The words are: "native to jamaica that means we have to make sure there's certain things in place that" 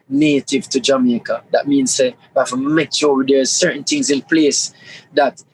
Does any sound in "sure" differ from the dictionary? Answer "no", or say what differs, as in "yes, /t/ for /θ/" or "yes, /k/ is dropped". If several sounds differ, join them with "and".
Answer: yes, /w/ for /ɹ/